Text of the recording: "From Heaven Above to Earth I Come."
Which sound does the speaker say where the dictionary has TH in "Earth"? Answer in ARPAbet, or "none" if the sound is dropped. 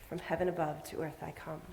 TH